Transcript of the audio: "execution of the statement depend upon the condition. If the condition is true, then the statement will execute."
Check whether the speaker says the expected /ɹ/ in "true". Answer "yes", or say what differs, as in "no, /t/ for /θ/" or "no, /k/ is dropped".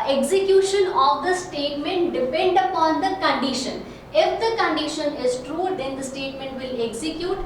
yes